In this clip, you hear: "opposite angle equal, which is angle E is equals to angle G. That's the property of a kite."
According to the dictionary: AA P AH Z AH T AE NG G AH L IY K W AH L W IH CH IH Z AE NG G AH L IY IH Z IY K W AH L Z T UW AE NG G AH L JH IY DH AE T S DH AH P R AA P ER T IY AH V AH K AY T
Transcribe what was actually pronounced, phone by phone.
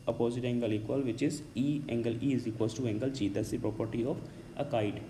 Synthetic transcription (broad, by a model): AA P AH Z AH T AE NG G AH L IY K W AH L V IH CH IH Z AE NG G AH L IY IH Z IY K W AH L S T UW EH NG G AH L CH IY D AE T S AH P R AA P ER T IY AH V AH K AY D